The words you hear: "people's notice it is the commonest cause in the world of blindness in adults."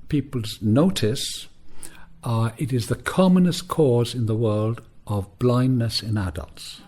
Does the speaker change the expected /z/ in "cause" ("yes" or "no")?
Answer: no